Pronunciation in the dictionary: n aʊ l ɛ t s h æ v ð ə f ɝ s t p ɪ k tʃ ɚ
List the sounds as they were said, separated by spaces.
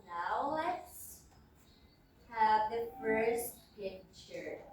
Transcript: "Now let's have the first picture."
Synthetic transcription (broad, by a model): n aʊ l ɛ t s h æ v ð ə f ɝ s t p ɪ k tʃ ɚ